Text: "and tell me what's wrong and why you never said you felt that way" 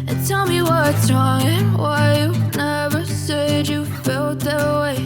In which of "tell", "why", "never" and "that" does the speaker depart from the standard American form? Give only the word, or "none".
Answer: none